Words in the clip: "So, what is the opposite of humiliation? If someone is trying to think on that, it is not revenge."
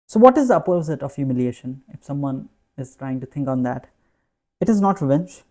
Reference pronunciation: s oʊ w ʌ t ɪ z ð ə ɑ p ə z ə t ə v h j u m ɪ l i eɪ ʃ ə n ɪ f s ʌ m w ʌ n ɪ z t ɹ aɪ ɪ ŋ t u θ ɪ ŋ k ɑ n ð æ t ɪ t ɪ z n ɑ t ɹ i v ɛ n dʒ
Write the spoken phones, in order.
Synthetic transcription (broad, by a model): s oʊ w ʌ t ɪ z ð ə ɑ p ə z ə t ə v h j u m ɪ l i eɪ ʃ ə n ɪ f s ʌ m w ʌ n ɪ z t ɹ aɪ ɪ ŋ t u t ɪ ŋ k ɑ n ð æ t ɪ t ɪ z n ɑ t ɹ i v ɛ n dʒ